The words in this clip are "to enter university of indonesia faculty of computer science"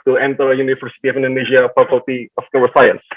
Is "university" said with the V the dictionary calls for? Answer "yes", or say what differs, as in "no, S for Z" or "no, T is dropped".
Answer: no, F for V